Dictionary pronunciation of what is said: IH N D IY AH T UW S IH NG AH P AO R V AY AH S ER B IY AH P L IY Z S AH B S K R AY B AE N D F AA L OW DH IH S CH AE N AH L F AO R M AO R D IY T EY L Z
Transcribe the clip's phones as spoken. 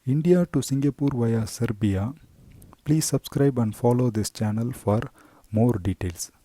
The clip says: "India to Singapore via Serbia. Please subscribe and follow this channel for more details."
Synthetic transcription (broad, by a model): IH N D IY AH T UW S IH NG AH P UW R V AY AH S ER B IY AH P L IY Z S AH B S K R AY B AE N D F AA L OW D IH S CH AE N AH L F AO R M AO R D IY T EY L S